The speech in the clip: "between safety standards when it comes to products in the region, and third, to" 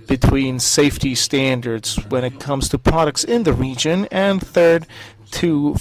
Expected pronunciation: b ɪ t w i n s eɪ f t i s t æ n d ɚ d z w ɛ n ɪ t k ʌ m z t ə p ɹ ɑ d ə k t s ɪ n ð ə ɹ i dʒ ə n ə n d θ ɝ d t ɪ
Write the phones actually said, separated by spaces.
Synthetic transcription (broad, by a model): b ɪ t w i n s eɪ f t i s t æ n d ɚ d z w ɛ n ɪ t k ʌ m z t ə p ɹ ɑ d ə k t s ɪ n ð ə ɹ i dʒ ə n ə n θ ɝ d t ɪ